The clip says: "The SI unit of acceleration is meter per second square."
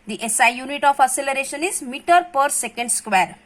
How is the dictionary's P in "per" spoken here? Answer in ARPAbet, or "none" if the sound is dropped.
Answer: P